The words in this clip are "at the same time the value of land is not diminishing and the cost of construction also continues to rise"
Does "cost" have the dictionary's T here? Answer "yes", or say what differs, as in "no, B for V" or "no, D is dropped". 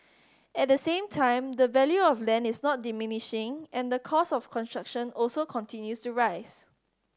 no, T is dropped